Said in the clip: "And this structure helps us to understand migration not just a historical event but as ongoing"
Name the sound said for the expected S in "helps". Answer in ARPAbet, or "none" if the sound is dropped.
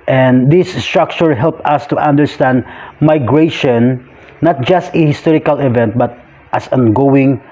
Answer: none